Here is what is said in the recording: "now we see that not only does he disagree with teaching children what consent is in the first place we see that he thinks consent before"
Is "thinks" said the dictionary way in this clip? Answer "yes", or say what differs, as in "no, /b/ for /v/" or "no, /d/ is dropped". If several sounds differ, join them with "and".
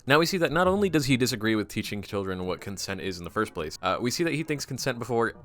yes